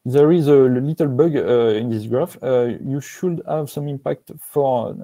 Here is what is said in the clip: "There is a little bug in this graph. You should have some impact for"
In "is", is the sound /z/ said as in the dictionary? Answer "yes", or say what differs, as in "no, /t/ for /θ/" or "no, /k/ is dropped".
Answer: yes